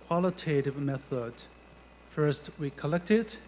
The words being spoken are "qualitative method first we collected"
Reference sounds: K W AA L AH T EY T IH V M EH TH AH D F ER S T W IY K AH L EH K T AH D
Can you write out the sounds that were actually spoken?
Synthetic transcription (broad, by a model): K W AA L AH T EY T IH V M EH TH AH D F ER S T W IY K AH L EH K T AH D